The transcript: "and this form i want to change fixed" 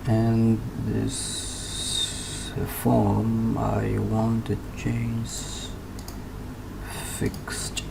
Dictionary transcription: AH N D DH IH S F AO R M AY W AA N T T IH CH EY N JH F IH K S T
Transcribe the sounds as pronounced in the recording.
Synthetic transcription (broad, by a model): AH N DH IH S F AO R M AY W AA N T T IH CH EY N Z F IH K S T